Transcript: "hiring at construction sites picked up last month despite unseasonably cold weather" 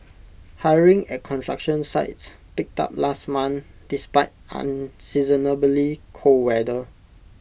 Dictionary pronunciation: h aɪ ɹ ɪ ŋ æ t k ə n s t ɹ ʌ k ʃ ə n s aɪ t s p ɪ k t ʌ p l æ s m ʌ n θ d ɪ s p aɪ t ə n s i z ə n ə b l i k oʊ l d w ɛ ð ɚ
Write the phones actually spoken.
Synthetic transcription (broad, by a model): h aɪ ɹ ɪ ŋ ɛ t k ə n t ɹ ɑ k ʃ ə n s aɪ t s p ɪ k t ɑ p l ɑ s m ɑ n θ d ɪ s p aɪ t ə n s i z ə n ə b l i k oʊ w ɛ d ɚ